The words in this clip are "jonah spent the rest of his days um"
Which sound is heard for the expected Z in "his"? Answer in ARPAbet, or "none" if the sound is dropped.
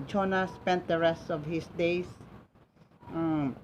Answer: S